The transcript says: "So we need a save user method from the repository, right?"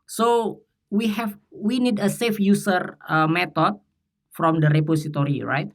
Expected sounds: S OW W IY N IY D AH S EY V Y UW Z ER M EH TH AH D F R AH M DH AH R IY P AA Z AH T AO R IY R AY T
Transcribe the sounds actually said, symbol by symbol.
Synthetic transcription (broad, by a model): S OW W IY N IY D AH S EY F Y UW S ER M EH T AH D F R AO M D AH R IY P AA S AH T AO R IY R AY T